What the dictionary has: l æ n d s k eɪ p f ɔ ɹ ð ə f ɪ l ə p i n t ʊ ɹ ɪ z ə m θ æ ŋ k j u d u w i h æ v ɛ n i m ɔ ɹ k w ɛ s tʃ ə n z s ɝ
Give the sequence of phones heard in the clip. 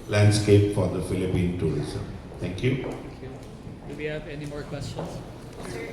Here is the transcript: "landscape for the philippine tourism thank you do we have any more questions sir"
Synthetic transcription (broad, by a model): l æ n d s k eɪ p f ɔ ɹ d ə f ɪ l ə p i n t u ɹ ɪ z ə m t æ ŋ k j u d u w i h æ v ɛ n i m ɔ ɹ k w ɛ s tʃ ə n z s